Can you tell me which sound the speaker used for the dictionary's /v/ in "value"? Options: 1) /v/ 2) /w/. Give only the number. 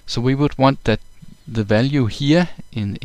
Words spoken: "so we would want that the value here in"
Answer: 1